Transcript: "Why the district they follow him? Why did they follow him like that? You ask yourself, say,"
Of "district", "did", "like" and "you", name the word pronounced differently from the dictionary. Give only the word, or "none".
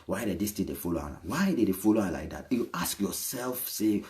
district